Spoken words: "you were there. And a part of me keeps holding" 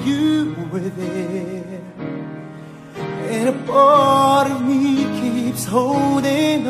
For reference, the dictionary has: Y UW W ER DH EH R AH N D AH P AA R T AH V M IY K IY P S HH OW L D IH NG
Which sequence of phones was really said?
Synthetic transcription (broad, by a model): Y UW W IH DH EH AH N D AH B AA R T AH V M IY K IY P S HH OW L D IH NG